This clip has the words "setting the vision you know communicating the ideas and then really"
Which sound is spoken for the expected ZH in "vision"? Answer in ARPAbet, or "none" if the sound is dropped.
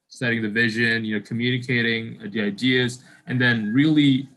ZH